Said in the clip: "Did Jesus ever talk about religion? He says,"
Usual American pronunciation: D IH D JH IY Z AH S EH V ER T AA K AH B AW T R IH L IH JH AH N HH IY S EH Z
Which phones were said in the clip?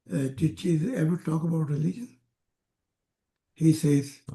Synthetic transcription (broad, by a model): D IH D CH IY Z EH V ER T AA K AH B AW T R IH L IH JH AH N HH IY S EH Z